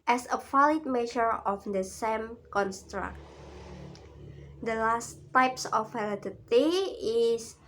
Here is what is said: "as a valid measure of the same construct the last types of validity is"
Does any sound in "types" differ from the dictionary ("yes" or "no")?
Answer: no